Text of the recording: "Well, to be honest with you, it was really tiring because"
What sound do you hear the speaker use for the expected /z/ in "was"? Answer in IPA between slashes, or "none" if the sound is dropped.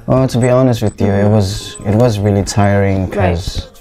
/z/